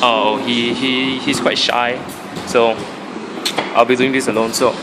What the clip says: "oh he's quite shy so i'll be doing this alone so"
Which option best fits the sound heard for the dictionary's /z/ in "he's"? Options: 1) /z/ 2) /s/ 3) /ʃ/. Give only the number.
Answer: 2